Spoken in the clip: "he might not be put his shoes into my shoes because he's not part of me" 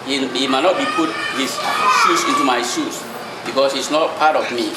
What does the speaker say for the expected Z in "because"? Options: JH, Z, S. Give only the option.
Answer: S